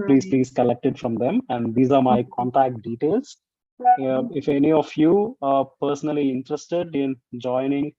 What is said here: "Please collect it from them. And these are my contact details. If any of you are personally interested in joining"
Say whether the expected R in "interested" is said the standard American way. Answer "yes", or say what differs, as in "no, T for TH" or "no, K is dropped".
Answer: yes